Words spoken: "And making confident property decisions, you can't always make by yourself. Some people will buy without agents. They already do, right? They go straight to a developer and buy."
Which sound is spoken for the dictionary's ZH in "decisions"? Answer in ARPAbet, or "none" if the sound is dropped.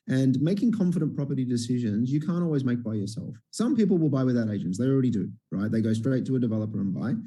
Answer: ZH